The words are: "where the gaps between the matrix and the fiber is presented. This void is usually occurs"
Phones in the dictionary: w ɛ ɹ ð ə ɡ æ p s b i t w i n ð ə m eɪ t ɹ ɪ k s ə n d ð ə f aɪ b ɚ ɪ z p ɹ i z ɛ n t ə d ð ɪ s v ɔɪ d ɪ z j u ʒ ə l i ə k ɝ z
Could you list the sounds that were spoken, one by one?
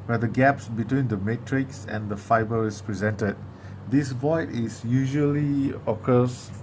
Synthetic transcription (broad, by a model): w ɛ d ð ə ɡ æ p s b i t w i n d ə m eɪ t ɹ ɪ k s ə n d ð ə f aɪ b ɚ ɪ s p ɹ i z ɛ n t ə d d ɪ s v ɔɪ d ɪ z j u ʒ ə l i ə k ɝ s